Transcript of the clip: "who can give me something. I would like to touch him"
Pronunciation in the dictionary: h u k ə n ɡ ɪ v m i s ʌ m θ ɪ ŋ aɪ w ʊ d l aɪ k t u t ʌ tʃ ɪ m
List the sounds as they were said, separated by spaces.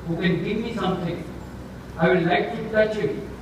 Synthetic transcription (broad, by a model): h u k ə n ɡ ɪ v m i s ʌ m t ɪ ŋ aɪ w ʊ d l aɪ k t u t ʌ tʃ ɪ